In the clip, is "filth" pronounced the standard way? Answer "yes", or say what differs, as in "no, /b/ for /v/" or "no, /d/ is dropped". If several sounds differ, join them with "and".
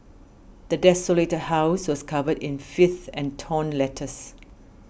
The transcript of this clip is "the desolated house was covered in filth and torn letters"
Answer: no, /l/ is dropped